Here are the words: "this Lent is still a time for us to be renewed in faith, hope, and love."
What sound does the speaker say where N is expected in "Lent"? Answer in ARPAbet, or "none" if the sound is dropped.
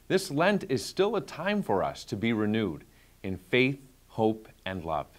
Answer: N